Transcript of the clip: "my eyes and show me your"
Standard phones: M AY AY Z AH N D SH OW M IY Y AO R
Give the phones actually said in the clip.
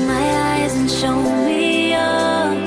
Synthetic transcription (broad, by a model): M AY AY Z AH N SH OW M IY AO